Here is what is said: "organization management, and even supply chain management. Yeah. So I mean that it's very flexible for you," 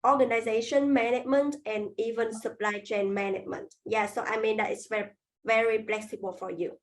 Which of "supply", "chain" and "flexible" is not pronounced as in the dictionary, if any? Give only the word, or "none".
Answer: flexible